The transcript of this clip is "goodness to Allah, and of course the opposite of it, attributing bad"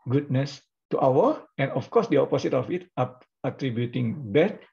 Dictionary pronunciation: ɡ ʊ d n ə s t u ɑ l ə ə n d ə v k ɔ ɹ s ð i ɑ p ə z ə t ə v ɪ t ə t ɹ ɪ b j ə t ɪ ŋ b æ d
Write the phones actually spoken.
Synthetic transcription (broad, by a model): ɡ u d n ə s t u ɑ w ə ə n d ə f k ɔ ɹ s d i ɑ p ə s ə t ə f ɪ t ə t ɹ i b j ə t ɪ ŋ b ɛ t